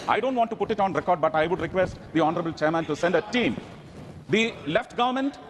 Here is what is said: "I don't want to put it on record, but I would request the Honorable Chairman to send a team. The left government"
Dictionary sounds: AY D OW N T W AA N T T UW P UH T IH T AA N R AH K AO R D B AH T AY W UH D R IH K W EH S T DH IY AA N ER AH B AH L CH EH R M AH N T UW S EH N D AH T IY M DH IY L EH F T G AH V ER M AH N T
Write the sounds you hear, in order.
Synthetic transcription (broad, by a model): AY D OW N T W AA N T T UW P UH T IH T AA N R AH K AO R D B AH T AY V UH D R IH K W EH S T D IY AA N ER AH B AH L CH EH R M AH N T UW S EH N D AH T IY M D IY L EH F T G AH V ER M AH N T